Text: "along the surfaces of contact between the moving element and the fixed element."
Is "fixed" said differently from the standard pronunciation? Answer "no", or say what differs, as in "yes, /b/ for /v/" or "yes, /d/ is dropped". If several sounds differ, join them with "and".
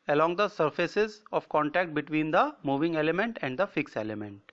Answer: yes, /t/ is dropped